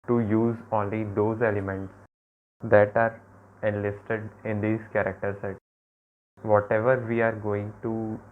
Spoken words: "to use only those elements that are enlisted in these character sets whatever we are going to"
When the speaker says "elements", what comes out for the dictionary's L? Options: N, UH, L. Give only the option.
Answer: L